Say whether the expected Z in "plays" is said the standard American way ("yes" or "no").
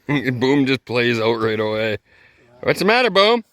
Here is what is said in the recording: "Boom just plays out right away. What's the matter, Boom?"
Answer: yes